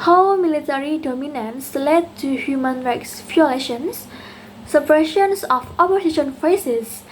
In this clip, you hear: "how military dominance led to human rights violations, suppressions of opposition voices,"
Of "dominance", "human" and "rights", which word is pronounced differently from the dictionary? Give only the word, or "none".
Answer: none